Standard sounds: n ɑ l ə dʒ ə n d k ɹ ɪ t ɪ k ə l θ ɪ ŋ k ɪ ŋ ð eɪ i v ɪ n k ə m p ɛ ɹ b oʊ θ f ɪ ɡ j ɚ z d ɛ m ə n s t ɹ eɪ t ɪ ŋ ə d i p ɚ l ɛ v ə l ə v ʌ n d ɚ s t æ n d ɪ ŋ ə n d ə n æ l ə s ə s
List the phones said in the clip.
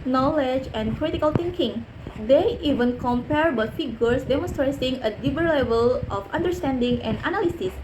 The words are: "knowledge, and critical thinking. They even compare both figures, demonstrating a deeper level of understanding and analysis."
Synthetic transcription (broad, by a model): n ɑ l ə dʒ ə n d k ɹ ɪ t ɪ k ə l t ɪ ŋ k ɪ ŋ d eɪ i v ɪ n k ə m p ɛ ɹ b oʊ t f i ɡ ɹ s d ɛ m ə n s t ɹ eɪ s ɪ ŋ ə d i b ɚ l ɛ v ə l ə f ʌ n d ɚ s t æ n d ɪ ŋ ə n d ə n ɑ l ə s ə s